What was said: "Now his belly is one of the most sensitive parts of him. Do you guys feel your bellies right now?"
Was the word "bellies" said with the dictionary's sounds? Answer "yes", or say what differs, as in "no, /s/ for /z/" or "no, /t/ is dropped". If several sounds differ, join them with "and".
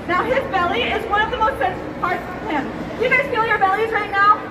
yes